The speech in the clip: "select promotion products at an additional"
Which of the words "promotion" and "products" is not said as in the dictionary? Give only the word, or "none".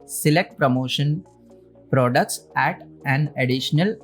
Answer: none